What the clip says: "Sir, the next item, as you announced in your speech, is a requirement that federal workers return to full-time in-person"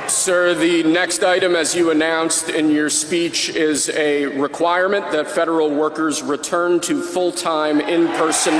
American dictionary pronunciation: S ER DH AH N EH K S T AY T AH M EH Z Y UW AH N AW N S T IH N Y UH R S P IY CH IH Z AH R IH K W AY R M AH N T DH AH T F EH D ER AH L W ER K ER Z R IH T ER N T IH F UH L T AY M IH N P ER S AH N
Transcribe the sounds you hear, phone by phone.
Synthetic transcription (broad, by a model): S ER DH AH N EH K S T AY T AH M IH Z Y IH AH N AW N S T IH N Y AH R S P IY CH IH Z AH R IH K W AY R M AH N DH AH T F EH D ER L W ER K ER Z R IH T ER N T IH F UH L T AY M IH N P ER S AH N